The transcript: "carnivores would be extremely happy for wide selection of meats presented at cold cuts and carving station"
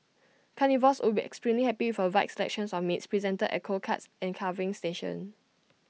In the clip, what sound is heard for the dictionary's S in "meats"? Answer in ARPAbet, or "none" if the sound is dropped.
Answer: S